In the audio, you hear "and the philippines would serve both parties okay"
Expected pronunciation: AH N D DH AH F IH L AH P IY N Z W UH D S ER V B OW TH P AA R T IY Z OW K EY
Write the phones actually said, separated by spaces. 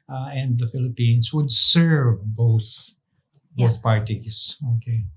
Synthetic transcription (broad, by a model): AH N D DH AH F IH L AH P IY N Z W UH D S ER V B OW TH P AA R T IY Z OW K EY